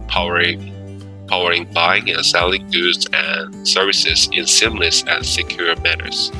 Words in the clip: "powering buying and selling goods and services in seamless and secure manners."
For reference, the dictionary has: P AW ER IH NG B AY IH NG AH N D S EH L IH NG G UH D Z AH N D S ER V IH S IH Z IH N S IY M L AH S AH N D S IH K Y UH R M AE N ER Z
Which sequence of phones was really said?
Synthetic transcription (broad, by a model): P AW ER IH NG B AY IH NG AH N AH S EH L IH NG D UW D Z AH N S ER V IH S IH Z IH N S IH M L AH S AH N S IH K Y UH R M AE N ER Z